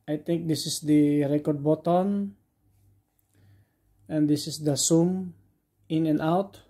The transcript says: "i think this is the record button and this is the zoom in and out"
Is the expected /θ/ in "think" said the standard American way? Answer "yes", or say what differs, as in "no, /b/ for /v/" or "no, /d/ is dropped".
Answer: no, /t/ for /θ/